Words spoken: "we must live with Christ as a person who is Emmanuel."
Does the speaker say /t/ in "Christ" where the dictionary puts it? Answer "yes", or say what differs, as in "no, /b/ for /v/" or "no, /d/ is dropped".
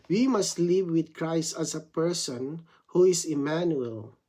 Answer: yes